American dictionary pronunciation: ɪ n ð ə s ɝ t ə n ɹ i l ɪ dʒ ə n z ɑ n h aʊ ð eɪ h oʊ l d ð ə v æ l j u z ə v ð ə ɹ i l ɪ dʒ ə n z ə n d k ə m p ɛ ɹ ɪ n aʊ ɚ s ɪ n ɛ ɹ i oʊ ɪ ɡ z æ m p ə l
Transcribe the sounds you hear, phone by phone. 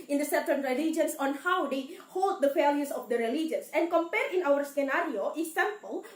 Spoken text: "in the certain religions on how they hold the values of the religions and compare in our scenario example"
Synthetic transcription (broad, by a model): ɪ n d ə s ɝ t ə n ɹ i l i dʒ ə n s ɑ n h aʊ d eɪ h oʊ l d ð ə f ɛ l j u s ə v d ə ɹ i l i dʒ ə n s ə n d k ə m p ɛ ɹ ɪ n aʊ ɚ s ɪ n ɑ ɹ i oʊ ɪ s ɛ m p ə l